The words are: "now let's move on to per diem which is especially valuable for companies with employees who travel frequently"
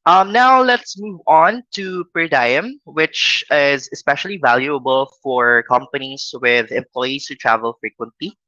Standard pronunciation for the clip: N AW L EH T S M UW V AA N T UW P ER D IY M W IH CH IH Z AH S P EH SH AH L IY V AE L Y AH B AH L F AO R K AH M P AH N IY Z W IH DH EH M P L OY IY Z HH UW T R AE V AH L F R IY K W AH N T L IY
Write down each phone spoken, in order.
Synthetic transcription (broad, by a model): N AW L EH T S M UW V AA N T UW P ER D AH M W IH CH IH Z AH S P EH SH AH L IY V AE L Y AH B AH L F AO R K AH M P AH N IY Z W IH DH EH M P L OY IY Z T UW T R AE V AH L F R IY K W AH N T L IY